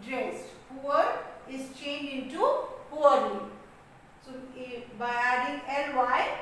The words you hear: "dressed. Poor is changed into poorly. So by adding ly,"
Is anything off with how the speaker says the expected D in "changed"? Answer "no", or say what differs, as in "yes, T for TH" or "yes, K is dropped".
yes, D is dropped